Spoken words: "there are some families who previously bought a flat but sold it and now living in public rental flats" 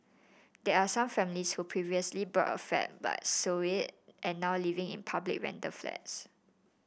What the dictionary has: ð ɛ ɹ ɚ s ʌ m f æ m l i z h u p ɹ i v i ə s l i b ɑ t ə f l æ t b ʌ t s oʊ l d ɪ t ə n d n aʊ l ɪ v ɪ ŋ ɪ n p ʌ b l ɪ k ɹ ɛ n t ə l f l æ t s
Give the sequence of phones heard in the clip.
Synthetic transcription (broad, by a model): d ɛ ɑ s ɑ m f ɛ m l i s h u p ɹ i v i ə s l i b ɑ t ə f ɛ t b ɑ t s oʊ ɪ t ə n n aʊ l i v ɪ ŋ ɪ n p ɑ b l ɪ k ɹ ɛ n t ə f l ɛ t s